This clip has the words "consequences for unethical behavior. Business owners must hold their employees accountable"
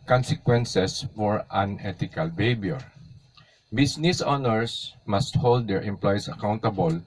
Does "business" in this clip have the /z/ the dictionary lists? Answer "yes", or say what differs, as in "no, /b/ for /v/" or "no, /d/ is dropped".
no, /s/ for /z/